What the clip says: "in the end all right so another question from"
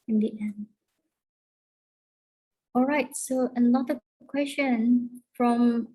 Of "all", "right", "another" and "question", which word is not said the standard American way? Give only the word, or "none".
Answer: another